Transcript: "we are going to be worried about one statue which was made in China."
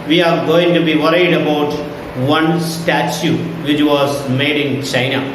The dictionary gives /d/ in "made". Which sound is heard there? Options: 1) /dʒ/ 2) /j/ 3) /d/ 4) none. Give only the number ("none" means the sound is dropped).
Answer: 3